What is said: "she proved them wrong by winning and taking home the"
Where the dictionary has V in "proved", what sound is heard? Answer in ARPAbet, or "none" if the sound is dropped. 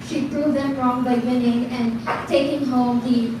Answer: none